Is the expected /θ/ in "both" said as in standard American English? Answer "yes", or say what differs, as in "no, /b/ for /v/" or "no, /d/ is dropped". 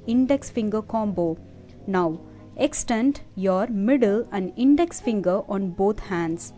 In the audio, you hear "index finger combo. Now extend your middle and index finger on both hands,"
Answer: no, /t/ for /θ/